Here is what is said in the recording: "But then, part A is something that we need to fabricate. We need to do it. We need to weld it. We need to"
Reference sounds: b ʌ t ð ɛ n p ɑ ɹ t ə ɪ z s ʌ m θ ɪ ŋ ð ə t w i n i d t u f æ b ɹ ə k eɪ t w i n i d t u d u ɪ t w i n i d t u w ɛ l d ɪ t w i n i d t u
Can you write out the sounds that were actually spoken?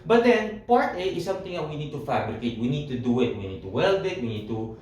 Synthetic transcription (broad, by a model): b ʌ t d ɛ n p ɑ ɹ t ə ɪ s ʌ m t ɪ ŋ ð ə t w i n i d t u f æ b ɹ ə k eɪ t w i n i d t u d u ɪ t w i n i d t u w ɛ l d ɪ t w i n i d t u